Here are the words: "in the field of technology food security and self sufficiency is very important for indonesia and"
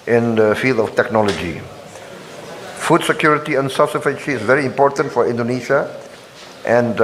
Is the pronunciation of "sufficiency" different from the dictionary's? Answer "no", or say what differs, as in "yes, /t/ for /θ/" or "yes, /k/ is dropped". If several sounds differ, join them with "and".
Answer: yes, /n/ is dropped